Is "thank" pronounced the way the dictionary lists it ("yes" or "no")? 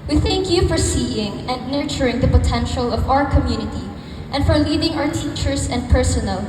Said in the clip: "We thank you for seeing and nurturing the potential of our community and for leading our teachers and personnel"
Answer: yes